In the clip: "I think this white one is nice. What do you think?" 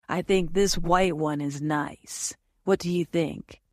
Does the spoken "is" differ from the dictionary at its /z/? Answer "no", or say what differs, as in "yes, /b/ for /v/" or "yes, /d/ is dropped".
no